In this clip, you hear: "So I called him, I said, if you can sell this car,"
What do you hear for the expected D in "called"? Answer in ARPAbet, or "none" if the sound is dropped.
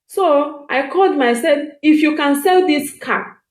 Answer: D